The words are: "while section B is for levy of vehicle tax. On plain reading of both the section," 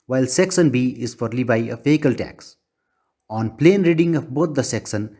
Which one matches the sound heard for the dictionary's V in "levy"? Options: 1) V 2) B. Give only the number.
2